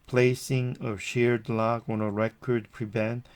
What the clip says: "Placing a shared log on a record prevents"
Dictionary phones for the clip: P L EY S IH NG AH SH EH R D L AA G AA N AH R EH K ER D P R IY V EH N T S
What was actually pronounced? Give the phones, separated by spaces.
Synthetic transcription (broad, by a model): P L EY S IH NG AH SH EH R D L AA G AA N AH R EH K ER D P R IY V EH N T